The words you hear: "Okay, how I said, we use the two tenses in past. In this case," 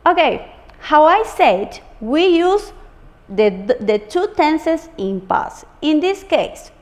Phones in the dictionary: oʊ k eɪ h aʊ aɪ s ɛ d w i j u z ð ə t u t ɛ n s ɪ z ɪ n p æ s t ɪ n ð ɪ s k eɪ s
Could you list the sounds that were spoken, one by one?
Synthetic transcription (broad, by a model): oʊ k eɪ h aʊ aɪ s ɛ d w i j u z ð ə t u t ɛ n s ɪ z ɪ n p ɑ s ɪ n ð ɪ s k eɪ s